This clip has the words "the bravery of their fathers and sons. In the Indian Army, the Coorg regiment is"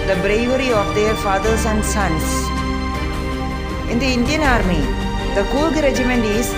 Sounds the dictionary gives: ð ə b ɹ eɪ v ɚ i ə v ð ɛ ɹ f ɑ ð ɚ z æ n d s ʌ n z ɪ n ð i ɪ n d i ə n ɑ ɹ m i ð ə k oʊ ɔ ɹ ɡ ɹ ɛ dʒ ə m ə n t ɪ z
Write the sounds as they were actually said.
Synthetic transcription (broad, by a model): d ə b ɹ eɪ v ɚ i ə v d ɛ ɹ f ɑ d ɚ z æ n d s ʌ n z ɪ n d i ɪ n d i ə n ɑ ɹ m i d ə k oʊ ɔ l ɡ ɹ ɛ dʒ ə m ə n t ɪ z